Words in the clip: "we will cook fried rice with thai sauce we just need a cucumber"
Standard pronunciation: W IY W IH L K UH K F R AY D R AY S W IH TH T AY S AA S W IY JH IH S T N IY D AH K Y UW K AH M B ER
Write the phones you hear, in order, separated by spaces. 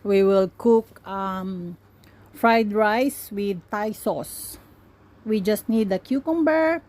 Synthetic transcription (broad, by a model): W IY W IH L K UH K F R AY D R AY S W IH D T AY S AA S W IY JH IH S T N IY D AH K Y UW K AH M B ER